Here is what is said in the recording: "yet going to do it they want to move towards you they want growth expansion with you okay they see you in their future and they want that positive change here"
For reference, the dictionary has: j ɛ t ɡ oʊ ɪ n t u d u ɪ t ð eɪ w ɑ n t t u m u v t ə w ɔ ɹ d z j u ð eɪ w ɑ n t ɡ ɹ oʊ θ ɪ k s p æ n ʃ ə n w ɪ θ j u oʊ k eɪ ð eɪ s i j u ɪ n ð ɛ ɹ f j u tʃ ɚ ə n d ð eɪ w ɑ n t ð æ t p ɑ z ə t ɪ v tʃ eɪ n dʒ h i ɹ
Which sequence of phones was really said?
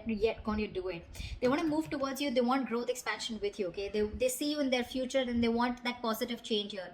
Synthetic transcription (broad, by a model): j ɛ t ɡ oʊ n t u d u ɪ t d eɪ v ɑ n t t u m u v t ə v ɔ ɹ d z j u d eɪ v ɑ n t ɡ ɹ oʊ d ɪ k s p æ n ʃ ə n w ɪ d j u oʊ k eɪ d eɪ s i j u ɪ n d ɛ ɹ f j u tʃ ɚ ə n d eɪ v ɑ n t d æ t p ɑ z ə t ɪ v tʃ eɪ n dʒ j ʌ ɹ